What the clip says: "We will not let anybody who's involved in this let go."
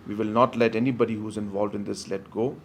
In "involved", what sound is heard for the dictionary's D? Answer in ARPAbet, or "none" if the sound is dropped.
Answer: D